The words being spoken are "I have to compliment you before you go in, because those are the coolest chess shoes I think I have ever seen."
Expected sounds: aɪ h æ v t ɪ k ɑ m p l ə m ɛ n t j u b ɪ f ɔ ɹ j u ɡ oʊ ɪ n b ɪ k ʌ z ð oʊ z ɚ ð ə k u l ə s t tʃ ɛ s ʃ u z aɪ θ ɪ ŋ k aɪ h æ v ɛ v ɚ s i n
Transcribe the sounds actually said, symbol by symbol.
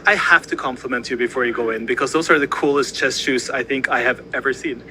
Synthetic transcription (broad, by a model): aɪ h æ f t ɪ k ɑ m p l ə m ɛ n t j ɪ b ɪ f ɔ ɹ j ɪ ɡ oʊ ɪ n b ɪ k ʌ z ð oʊ z ɚ ð ə k u l ə s t tʃ ɛ s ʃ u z aɪ θ ɪ ŋ k aɪ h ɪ v ɛ v ɚ s i n